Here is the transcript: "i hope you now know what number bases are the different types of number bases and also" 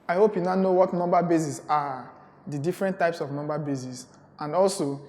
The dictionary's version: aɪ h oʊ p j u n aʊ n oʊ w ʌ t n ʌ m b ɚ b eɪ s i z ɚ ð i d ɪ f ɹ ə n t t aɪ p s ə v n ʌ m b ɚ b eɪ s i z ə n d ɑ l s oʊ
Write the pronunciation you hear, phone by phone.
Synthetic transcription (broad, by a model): aɪ h oʊ p j u n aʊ n oʊ w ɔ t n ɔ m b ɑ b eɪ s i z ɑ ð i d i f ɹ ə n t t aɪ p s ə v n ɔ m b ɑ b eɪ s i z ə n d ɑ l s oʊ